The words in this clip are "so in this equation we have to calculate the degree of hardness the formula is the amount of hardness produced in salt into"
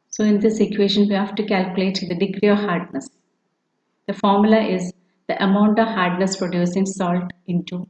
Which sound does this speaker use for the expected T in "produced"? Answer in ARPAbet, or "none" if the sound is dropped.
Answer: none